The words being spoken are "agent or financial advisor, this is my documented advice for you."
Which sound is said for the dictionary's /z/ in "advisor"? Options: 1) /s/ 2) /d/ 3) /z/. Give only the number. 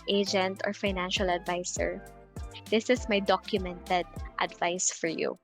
1